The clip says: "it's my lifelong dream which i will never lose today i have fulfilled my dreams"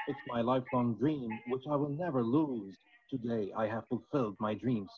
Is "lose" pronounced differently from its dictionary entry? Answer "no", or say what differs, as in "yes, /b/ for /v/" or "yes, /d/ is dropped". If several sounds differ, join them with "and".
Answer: no